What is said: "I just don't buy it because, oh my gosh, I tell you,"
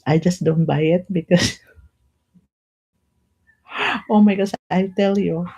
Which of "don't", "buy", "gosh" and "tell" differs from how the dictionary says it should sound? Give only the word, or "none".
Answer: gosh